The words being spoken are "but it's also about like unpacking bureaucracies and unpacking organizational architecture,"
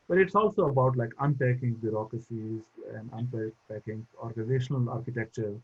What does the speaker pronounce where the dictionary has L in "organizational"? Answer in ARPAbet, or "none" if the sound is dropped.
L